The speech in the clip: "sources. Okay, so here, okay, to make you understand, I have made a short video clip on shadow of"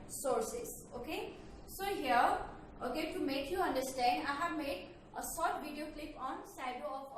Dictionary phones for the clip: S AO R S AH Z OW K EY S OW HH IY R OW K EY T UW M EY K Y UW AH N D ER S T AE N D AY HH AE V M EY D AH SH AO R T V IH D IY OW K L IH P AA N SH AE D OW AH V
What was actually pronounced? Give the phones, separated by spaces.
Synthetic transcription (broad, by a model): S AO R S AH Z OW K EY S OW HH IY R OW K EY T UW M EY K Y UW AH N D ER S T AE N D AY HH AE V M EY D AH S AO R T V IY D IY OW K L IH P AA N S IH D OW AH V